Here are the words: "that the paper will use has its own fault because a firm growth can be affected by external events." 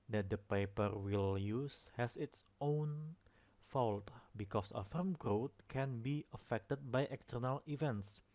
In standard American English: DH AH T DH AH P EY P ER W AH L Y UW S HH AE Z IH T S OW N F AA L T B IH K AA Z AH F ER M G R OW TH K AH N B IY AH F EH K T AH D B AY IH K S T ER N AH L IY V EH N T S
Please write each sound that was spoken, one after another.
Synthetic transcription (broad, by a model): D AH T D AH P EY P ER W AH L Y UW S HH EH S IH T S OW N F AA L T B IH K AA S AH F ER M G R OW T K AH N B IY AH F EH K T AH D B AY IH K S T ER N AH L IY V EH N T S